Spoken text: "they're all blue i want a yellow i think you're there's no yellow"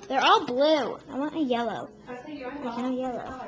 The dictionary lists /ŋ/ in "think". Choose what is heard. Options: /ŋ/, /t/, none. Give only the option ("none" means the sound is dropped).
none